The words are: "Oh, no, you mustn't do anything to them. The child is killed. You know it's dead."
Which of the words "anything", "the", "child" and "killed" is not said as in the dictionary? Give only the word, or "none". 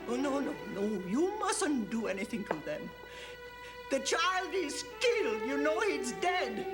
none